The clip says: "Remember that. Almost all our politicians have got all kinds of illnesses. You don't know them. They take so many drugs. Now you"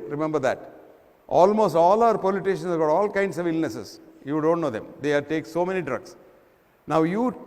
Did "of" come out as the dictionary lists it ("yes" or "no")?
yes